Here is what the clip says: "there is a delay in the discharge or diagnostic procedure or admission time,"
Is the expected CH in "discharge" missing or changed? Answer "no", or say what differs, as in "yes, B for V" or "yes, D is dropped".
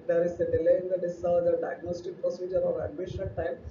yes, CH is dropped